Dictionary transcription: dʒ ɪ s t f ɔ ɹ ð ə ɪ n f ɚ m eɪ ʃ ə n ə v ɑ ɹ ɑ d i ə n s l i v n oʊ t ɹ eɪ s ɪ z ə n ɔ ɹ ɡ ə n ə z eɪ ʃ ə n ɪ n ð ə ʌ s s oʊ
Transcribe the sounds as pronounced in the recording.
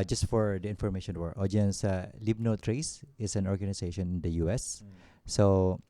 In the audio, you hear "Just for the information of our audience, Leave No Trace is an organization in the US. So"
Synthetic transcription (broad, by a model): dʒ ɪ s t f ɔ ɹ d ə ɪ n f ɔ m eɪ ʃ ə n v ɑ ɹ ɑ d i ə n s l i b n oʊ t ɹ eɪ s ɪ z ə n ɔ ɹ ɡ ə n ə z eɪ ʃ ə n ɪ n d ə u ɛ s oʊ